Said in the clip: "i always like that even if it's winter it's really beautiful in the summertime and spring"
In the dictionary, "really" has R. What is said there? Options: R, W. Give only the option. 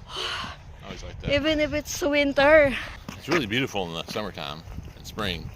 R